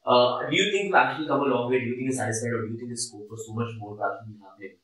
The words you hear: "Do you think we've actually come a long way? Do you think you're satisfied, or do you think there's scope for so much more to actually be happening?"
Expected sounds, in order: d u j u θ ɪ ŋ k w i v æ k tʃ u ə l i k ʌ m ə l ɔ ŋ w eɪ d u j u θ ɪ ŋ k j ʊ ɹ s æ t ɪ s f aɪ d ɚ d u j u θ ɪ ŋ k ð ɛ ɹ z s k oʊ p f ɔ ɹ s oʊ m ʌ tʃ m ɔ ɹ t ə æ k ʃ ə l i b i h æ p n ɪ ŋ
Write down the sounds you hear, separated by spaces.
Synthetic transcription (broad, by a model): d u j u t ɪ ŋ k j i æ k tʃ u ə l i k ʌ m ə l ɔ ŋ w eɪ d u j u t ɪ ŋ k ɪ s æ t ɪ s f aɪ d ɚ d u j u t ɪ ŋ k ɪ s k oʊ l f ɔ ɹ s oʊ m ʌ tʃ m ɔ ɹ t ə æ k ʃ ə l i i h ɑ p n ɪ